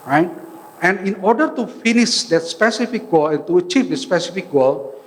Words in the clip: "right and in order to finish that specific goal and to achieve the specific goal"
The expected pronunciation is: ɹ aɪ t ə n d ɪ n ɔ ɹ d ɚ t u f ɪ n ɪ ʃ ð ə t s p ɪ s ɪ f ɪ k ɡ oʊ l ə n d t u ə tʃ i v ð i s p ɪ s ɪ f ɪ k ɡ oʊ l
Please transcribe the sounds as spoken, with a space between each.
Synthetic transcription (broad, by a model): ɹ aɪ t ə n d ɪ n ɔ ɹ d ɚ t u f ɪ n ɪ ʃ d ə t s p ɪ s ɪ f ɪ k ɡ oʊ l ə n t u ə tʃ i v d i s p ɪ s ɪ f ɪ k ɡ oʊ l